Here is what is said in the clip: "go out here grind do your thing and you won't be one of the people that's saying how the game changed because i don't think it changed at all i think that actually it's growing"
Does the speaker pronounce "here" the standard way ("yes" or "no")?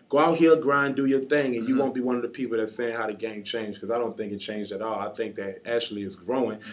no